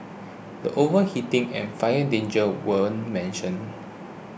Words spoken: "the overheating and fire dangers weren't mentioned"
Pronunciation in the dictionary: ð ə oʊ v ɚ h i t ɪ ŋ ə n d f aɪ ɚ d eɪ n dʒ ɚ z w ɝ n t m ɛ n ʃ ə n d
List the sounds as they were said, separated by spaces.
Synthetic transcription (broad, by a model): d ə oʊ v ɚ h i t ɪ ŋ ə n f aɪ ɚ d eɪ n dʒ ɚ w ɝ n m ɛ n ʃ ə n